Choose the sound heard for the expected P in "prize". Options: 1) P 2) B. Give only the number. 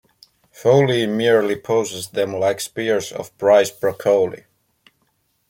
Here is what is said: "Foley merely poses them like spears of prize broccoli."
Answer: 2